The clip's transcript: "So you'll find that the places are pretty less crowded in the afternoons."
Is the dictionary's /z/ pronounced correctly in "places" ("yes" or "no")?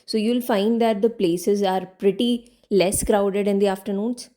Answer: yes